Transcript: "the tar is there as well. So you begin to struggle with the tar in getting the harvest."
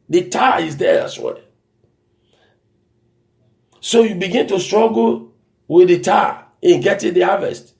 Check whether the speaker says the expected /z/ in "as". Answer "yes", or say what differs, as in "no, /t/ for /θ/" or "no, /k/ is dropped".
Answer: no, /s/ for /z/